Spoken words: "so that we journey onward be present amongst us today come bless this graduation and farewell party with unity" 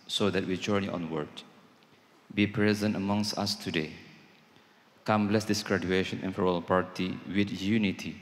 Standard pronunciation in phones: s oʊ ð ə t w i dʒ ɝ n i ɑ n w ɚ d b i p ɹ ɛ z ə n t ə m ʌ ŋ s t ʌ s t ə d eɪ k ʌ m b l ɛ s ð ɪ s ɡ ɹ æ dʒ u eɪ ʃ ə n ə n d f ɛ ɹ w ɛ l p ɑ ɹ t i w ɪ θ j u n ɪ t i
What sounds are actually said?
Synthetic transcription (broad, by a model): s oʊ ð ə t w i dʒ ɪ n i ɑ n w ɚ d b i p ɹ ɛ z ə n t ə m ʌ ŋ s t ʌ s t ə d eɪ k ʌ m b l ɛ s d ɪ s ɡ ɹ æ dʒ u eɪ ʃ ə n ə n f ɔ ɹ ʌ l p ɑ ɹ t i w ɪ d j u n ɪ t i